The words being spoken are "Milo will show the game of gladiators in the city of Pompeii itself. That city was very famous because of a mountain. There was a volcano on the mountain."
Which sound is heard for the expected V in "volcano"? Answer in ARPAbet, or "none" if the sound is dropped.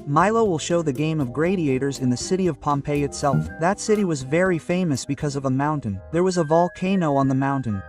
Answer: V